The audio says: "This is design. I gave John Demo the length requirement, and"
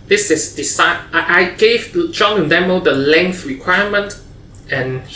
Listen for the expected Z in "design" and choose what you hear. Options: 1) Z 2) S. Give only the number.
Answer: 2